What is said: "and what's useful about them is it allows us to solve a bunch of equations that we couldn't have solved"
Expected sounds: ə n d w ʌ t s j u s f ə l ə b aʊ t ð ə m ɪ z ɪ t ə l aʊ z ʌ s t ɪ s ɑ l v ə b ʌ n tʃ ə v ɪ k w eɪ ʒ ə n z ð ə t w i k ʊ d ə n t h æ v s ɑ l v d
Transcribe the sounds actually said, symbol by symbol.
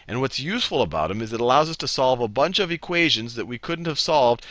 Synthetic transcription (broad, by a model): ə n w ʌ t s j u s f l ə b aʊ t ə m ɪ z ɪ t ə l aʊ z ʌ s t ɪ s ɑ l v ə b ʌ n tʃ ə v ɪ k w eɪ ʒ ə n z ð ə t w i k ʊ d n t h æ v s ɑ l v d